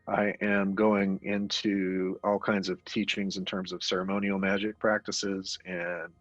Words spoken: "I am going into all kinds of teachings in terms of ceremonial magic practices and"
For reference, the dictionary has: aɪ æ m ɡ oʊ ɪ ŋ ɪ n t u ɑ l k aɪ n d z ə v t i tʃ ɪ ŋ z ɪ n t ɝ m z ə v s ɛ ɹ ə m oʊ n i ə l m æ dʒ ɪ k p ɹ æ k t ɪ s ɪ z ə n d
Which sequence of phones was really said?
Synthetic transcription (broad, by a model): aɪ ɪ m ɡ oʊ ɪ ŋ ɪ n t u ɑ l k aɪ n d z ə v t i tʃ ɪ ŋ z ɪ n t ɝ m z ə v s ɛ ɹ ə m oʊ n i l m æ dʒ ɪ k p ɹ æ k t ɪ s ɪ z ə n